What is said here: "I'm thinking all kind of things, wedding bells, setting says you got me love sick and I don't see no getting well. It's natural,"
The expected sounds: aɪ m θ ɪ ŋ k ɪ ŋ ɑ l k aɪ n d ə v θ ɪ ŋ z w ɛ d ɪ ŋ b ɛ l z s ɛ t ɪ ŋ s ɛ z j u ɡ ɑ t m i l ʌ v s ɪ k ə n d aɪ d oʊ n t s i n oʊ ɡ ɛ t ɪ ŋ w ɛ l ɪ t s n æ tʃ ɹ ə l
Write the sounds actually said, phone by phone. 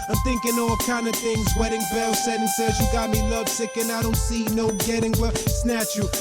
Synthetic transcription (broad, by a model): aɪ m θ ɪ ŋ k ɪ ŋ ɑ l k aɪ n d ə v θ ɪ ŋ z w ɛ d ɪ ŋ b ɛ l s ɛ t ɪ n s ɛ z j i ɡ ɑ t m i l ʌ v s ɪ k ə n aɪ d oʊ n t s i n oʊ ɡ ɛ t ɪ ŋ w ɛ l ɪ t s n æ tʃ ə